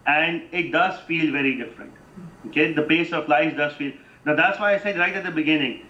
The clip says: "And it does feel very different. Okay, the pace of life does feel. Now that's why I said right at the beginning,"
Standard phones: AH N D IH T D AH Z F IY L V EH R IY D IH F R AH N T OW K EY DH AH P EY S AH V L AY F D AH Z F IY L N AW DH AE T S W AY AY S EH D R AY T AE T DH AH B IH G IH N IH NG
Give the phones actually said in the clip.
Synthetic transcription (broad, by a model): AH N D IH T D AH Z F IY L V EH R IY D IH F R AH N T OW K EY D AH P EY S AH P L AY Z D AH Z F IY L N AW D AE T S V AY AY S EH D R AY T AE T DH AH B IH G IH N IH NG